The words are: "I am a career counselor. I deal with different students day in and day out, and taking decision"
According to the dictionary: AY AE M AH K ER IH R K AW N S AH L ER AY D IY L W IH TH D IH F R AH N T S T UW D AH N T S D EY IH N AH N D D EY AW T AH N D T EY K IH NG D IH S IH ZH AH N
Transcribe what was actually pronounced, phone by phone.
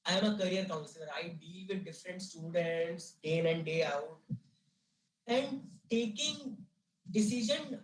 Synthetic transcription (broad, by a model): AY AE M AH K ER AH R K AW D S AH N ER AY D IY L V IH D D IH F R AH N T S T UW D AH N T S D EY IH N AH N D D EY AW T AH N D T EY K IH NG D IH S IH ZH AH N